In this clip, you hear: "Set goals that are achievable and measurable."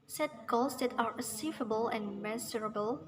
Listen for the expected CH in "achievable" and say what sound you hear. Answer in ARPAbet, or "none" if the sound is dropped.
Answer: S